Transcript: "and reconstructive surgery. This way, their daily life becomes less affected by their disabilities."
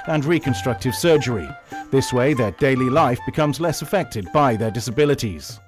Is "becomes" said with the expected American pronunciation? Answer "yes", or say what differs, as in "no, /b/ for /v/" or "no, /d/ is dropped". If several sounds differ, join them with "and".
yes